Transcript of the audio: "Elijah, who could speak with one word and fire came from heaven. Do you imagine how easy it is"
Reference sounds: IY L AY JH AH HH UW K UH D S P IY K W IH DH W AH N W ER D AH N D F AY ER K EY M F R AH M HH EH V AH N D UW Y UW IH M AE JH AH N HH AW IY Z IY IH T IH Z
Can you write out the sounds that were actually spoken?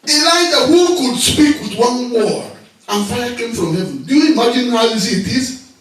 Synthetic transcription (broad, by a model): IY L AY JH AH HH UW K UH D S P IY K W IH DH W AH N W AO AH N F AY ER K EY M F R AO M HH EH V AH N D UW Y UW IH M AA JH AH N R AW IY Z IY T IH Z